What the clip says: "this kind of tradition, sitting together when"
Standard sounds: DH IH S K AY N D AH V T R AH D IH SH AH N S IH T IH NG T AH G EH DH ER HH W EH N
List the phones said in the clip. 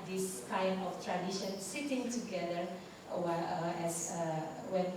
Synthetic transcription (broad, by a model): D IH S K AY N AH F T R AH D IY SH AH N S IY T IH NG T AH G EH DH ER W W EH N